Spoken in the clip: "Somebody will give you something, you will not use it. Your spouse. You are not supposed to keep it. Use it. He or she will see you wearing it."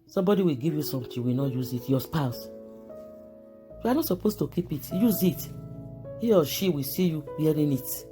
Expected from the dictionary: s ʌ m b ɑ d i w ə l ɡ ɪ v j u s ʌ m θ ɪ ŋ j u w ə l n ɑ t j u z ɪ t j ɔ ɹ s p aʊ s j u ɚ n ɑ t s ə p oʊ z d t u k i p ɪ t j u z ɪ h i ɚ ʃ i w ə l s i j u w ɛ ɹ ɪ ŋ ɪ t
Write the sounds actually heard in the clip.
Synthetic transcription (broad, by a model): s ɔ m b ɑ d i w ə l ɡ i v j u s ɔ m t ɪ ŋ w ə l n ɑ t j u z ɪ t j ɔ s p aʊ s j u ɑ n ɑ t s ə p oʊ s t u k i p ɪ t j u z ɪ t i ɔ ʃ i w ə s i j u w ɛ ɹ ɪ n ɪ t